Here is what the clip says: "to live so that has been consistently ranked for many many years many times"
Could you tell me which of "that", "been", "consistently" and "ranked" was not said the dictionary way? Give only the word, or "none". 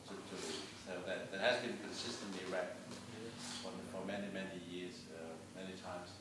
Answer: ranked